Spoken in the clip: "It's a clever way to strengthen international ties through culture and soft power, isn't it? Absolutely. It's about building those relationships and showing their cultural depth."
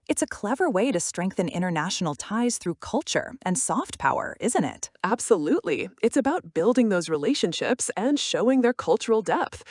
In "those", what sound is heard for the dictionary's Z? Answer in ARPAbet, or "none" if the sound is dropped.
Z